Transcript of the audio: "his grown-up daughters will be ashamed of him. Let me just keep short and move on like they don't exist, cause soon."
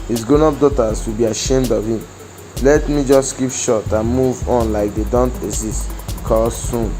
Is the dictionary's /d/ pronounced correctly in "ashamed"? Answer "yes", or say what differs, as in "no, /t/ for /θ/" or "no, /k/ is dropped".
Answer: yes